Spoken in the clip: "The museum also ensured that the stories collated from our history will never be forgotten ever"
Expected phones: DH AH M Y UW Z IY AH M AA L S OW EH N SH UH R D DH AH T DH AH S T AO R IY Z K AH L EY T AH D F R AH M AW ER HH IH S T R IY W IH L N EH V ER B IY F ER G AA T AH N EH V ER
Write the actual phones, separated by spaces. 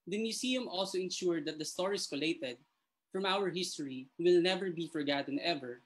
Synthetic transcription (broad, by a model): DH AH M Y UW S IY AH M AA L S OW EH N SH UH R D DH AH T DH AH S T AO R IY S K AH L EY T AH D F R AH M AW ER HH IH S T R IY W IH L N EH V ER B IY F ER G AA T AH N EH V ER